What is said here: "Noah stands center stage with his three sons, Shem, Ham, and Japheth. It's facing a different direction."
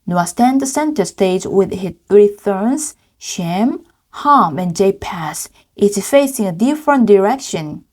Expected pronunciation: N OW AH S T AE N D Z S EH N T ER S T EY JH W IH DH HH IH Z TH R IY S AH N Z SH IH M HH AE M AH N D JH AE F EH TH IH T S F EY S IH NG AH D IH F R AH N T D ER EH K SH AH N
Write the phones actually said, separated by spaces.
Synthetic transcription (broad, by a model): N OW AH S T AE N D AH S EH N T ER S T EY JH W IH DH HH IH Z TH R IY TH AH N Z SH IH M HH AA M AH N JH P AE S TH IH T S F EY S IH NG AH D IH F R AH N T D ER EH K SH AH N